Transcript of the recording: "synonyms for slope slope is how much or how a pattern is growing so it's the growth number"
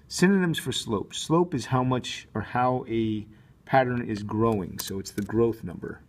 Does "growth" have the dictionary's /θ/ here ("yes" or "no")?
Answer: yes